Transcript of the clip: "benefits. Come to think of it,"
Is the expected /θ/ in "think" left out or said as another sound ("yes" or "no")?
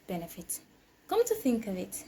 no